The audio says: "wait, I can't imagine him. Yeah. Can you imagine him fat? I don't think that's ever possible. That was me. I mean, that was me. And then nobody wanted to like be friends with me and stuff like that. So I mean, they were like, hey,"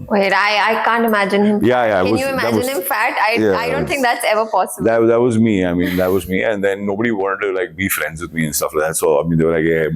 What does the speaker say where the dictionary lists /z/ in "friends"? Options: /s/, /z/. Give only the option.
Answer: /z/